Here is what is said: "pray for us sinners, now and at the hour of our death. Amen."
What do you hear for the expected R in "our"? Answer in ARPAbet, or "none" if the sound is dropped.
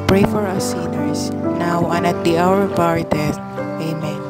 R